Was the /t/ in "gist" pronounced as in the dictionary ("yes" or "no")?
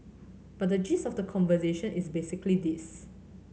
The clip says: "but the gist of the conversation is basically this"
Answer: no